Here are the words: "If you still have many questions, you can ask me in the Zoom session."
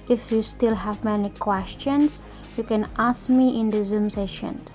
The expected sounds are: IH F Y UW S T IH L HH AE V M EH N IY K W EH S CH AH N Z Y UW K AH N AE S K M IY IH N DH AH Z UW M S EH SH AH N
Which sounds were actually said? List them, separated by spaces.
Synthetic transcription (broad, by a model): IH F Y UW S T IH L HH AE V M EH N IY K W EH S CH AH N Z Y UW K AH N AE S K M IY IH N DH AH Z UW M S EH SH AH N